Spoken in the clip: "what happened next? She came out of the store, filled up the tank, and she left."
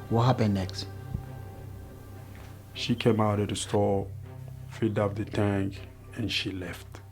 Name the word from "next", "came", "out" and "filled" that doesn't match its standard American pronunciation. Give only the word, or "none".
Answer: filled